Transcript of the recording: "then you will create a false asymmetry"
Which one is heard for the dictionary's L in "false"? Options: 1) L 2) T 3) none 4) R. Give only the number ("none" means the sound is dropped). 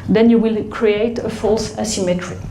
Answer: 1